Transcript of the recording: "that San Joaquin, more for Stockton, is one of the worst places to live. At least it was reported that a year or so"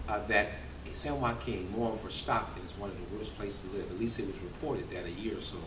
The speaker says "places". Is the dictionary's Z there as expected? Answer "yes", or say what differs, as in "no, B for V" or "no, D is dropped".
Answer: no, S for Z